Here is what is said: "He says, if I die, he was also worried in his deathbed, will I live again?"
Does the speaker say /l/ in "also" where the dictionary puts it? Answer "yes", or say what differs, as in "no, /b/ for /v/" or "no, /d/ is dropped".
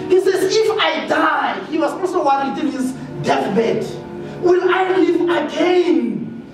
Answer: no, /l/ is dropped